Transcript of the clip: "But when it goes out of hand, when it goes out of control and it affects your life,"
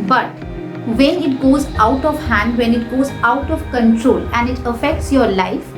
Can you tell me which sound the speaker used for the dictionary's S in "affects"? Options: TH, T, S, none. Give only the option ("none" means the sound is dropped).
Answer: S